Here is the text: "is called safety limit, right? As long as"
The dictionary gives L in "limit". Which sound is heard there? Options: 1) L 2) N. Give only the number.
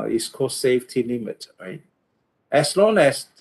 2